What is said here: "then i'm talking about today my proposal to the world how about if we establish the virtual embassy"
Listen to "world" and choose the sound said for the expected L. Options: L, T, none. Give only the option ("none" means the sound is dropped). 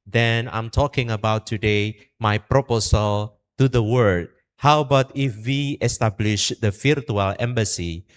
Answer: none